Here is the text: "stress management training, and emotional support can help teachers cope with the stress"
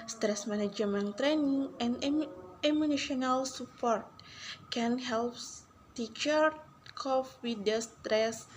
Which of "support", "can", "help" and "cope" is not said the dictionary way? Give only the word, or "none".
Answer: cope